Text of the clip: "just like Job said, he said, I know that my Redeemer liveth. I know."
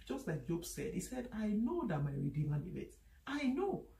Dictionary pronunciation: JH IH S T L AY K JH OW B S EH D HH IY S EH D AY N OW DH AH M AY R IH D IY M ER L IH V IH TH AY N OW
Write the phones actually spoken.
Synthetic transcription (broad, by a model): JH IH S T L AY K JH OW B S EH D HH IY S EH D AY N OW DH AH M AY R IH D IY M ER N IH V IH T AY N OW